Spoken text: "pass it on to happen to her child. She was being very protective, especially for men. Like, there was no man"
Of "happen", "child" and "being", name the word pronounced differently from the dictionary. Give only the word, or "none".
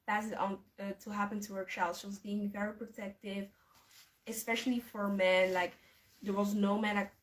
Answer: child